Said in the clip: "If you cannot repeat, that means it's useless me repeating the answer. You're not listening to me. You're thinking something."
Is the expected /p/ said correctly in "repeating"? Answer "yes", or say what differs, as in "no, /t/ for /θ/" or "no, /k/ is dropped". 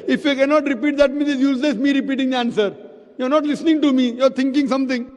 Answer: yes